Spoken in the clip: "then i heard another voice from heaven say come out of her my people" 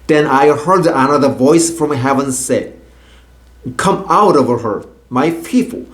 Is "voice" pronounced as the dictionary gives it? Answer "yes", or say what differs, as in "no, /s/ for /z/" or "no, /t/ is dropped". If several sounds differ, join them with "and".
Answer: yes